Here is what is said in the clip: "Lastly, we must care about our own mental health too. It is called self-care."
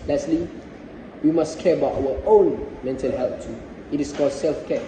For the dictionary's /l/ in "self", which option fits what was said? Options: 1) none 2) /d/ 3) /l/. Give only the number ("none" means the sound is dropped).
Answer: 3